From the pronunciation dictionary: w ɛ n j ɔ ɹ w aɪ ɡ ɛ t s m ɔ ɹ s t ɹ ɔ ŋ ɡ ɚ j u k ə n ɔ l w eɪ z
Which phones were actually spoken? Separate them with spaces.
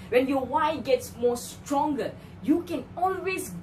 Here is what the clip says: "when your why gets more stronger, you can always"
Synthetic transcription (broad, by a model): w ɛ n j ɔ w aɪ ɡ ɛ t s m ɔ s t ɹ ɔ ŋ ɡ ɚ j u k ə n ɔ l w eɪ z